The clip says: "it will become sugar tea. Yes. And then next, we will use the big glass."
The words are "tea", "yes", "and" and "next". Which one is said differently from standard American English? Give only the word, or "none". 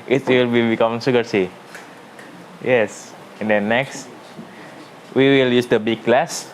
tea